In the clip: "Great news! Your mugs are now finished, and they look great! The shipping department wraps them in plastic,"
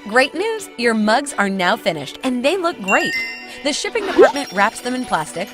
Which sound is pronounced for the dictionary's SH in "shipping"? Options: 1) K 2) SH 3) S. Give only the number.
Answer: 2